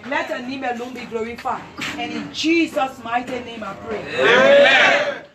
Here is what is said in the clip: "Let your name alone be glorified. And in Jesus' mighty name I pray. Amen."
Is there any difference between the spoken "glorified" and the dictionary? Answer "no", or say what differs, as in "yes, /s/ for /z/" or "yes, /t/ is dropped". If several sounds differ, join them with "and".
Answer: yes, /d/ is dropped